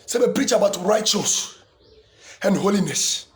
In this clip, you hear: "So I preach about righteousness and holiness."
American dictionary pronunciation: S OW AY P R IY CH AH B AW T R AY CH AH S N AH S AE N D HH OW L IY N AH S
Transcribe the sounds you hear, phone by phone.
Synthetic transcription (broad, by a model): S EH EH P R IY CH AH B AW T R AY CH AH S AH N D HH OW L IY N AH S